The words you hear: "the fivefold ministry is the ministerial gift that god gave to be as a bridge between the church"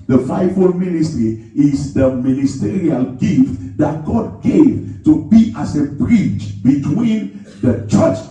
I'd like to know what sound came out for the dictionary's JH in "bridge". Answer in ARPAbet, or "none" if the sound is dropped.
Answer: CH